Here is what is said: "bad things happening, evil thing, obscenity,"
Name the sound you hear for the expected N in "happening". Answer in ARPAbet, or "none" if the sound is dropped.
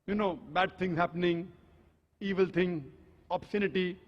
N